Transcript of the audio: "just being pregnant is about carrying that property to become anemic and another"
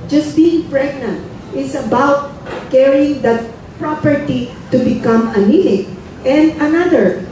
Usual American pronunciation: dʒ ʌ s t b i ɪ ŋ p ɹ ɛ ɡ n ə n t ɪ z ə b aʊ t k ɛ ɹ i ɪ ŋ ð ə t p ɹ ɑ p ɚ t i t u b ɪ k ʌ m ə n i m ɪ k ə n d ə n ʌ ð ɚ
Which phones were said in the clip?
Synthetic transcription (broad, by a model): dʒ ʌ s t b i ɪ ŋ p ɹ ɛ ɡ n ə n t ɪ s ə b aʊ t k ɛ ɹ i ɪ ŋ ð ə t p ɹ ɑ p ɚ t i t u b ɪ k ʌ m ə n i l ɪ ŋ ə n d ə n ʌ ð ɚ